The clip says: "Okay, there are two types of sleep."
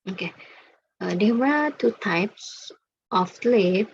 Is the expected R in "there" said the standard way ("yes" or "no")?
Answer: no